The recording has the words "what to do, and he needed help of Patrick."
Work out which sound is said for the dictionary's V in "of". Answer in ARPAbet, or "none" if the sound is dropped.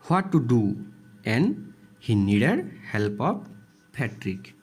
P